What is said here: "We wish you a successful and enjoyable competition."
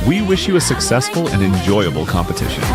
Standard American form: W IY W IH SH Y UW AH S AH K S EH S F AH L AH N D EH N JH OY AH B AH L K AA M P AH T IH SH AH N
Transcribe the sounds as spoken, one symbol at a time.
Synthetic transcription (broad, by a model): W IY W IH SH Y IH AH S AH K S EH S F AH L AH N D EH N JH OY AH B L K AA M P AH T IH SH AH N